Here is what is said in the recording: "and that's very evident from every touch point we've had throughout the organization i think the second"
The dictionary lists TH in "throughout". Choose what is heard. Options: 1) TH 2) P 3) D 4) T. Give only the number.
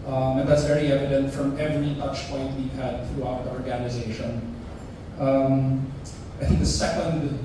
1